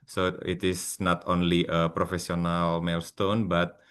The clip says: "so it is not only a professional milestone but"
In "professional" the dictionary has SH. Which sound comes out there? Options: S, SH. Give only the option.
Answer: S